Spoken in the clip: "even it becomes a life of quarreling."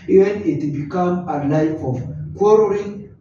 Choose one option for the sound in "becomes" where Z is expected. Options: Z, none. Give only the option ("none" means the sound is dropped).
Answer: none